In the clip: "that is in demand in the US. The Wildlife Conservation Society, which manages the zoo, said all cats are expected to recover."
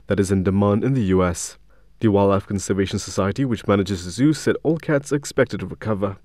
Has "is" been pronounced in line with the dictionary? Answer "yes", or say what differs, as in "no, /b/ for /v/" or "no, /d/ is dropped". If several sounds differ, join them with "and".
yes